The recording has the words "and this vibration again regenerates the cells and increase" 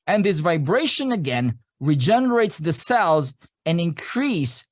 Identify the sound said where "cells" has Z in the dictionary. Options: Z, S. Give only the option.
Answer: Z